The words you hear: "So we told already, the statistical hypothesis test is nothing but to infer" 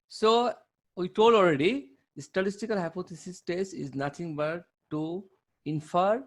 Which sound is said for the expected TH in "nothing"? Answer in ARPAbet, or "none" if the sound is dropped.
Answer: T